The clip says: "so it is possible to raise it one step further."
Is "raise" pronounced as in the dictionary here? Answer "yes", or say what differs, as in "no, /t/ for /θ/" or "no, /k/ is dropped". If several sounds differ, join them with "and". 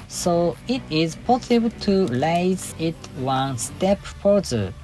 no, /l/ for /ɹ/